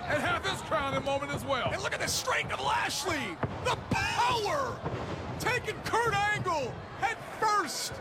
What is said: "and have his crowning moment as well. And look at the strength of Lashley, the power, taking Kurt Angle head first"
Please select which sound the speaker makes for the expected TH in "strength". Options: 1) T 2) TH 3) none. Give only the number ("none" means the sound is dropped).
1